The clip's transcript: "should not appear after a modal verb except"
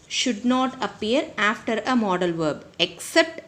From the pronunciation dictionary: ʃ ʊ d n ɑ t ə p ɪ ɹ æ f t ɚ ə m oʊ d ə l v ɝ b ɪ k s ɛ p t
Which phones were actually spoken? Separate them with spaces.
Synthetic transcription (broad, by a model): ʃ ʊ d n ɑ t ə p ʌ ɹ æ f t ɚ ə m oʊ d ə l v ɝ b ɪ k s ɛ p t